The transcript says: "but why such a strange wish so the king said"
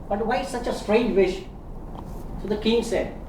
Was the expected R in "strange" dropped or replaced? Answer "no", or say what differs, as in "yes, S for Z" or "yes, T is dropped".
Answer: no